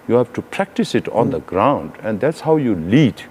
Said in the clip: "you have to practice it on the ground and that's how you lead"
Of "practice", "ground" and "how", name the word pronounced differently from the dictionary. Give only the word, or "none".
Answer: none